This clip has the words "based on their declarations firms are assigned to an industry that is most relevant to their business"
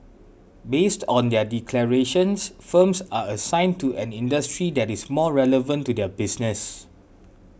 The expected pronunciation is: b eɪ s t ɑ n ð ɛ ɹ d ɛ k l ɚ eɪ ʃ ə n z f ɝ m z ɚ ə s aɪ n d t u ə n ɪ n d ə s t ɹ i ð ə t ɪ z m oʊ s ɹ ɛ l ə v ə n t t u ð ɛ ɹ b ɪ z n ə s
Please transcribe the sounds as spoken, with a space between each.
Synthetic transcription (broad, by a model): b eɪ s t ɑ n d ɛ d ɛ k l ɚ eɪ ʃ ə n s f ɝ m s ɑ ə s aɪ n t u ə n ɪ n d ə s t ɹ i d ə t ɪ s m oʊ ɹ ɛ l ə v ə n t t u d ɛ b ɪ s n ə s